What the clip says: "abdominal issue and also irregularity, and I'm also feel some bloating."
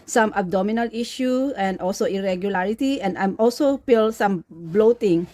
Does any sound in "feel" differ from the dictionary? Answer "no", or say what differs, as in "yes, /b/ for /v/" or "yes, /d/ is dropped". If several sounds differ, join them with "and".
yes, /p/ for /f/